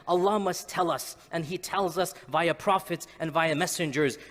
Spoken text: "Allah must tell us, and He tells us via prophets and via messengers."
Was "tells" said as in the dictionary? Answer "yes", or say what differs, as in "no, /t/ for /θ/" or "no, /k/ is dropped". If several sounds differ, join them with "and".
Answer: yes